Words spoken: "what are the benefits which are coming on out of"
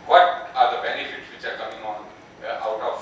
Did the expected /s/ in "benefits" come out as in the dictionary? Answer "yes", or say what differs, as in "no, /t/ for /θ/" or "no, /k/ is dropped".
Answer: yes